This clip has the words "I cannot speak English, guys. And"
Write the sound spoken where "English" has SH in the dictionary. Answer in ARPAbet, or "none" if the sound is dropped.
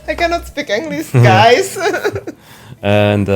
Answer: S